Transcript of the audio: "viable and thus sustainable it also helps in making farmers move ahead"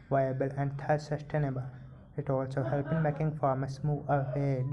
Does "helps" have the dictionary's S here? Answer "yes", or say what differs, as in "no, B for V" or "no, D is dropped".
no, S is dropped